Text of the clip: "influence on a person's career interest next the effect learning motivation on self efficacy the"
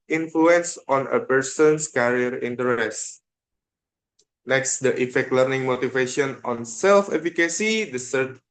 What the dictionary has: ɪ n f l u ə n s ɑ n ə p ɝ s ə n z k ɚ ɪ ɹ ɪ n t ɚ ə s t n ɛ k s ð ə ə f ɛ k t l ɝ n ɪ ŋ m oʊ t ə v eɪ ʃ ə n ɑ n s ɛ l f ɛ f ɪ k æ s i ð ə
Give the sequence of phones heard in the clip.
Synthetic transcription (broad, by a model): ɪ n f l u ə n s ɑ n ə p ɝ s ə n s k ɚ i ɹ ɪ n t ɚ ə s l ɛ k s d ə ə f ɛ k t l ɝ n ɪ ŋ m oʊ t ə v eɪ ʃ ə n ɑ n s ɛ l f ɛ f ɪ k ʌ s i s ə